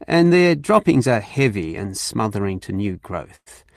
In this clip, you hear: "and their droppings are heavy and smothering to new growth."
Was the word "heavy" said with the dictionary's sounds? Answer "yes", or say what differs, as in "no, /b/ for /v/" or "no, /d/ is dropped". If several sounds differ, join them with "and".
yes